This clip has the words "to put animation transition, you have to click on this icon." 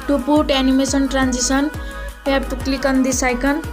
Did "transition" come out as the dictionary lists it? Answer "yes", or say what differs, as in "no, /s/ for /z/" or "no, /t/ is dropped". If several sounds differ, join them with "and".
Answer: no, /s/ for /ʃ/